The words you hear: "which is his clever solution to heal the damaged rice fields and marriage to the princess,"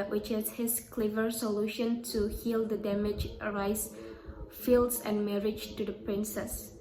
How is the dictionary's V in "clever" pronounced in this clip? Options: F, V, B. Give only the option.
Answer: V